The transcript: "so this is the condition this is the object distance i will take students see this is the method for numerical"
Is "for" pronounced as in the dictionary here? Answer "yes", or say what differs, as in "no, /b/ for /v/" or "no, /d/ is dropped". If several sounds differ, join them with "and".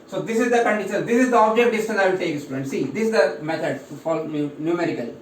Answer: no, /l/ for /ɹ/